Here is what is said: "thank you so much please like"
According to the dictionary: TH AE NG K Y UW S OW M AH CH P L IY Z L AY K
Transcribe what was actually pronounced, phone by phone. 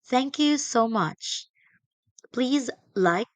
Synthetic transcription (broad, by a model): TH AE NG K Y UW S OW M AH CH P L IY Z L AY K